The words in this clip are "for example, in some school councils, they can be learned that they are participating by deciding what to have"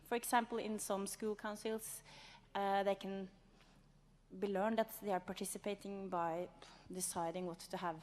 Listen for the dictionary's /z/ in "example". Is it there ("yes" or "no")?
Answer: no